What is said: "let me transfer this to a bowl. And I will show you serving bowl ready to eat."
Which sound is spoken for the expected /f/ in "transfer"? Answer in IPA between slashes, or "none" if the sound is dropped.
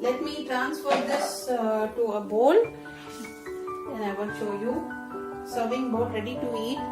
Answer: /f/